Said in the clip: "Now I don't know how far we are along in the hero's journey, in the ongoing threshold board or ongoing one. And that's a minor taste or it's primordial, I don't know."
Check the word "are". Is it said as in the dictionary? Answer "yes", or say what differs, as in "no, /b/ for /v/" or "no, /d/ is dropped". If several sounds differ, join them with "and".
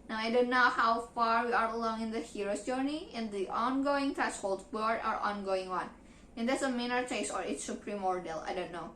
yes